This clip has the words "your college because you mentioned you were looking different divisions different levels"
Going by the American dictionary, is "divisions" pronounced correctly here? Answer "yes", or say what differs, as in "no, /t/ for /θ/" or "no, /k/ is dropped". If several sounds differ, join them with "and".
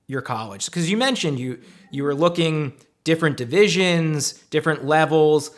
yes